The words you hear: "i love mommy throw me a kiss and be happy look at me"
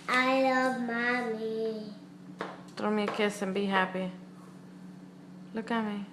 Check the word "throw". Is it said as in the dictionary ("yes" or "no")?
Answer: no